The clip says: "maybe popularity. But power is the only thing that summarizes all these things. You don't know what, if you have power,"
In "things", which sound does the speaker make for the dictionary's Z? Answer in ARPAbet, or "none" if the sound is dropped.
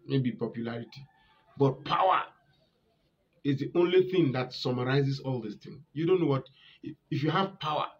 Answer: none